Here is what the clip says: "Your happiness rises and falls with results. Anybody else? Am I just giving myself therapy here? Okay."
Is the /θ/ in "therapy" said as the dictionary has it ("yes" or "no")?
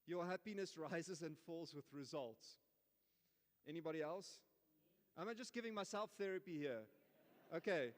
yes